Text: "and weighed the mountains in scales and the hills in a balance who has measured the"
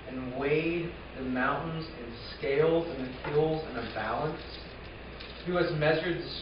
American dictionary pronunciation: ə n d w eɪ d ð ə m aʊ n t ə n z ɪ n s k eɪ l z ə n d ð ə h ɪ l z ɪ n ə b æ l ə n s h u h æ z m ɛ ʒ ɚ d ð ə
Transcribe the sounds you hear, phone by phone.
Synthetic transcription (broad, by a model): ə n w eɪ d ð ə m aʊ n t n z ɪ n s k eɪ l z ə n ð ə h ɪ l z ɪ n ə b æ l ə n s h u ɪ z m ɛ ʒ ɚ d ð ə